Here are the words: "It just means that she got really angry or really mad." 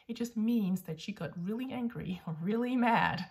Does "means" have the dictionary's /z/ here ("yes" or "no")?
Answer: yes